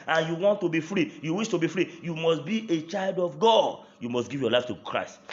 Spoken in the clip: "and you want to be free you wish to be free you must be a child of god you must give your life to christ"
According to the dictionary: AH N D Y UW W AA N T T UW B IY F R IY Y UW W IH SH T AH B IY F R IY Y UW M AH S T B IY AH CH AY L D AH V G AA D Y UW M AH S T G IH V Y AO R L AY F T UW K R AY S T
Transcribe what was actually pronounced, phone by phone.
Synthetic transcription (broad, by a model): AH N Y UW W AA N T T UW B IY F R IY Y UW W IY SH T AH B IY F R IY Y UW M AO S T B IY AH CH AY L D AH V G AA D Y UW M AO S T G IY V Y AO L AY F T UW K R AY S T